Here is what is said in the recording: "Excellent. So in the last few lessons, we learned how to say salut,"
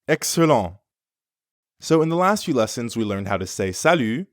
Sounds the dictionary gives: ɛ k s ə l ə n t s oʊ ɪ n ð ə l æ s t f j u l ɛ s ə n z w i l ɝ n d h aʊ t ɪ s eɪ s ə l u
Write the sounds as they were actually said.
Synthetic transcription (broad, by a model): ɛ k s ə l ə s oʊ ɪ n ð ə l æ s t f j u l ɛ s ə n z w i l ɝ n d h aʊ t ɪ s eɪ s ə l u